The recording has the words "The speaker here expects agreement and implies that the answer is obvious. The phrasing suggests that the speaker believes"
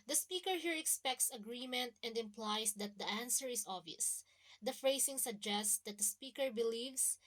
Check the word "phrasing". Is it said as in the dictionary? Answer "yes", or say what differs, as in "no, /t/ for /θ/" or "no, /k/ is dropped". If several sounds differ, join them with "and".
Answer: no, /s/ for /z/